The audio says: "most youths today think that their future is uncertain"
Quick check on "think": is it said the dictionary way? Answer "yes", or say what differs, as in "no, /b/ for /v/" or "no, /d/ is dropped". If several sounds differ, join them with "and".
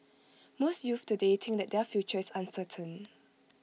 no, /t/ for /θ/